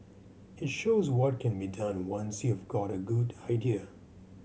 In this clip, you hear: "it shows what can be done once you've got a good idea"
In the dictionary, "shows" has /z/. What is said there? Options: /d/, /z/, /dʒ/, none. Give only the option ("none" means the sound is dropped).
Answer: /z/